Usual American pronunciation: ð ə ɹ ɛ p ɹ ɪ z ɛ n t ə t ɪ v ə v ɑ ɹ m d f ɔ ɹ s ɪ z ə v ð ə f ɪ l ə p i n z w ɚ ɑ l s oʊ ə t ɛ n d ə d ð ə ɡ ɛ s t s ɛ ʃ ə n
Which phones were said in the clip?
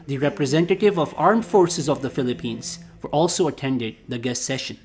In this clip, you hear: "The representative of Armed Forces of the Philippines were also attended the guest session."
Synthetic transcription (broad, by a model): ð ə ɹ ɛ p ɹ ɪ z ɛ n t ə t ɪ v ə v ɑ ɹ m d f ɔ ɹ s ɪ z ə v ð ə f ɪ l ə p i n z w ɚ ɑ l s oʊ ə t ɛ n d ə d ð ə ɡ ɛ s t s ɛ ʃ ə n